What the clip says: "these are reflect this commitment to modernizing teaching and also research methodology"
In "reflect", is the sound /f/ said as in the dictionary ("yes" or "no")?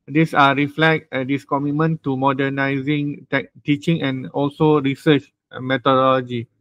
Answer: yes